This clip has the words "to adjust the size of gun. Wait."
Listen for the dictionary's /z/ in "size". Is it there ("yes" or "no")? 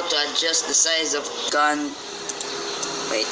yes